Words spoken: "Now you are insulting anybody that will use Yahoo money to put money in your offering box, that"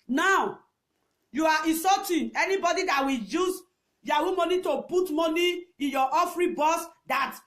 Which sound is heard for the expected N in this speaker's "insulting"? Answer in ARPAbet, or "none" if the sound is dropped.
none